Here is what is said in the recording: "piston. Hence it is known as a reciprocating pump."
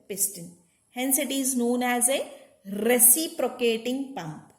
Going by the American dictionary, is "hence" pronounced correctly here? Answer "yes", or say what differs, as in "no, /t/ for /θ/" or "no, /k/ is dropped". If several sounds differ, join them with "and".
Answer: yes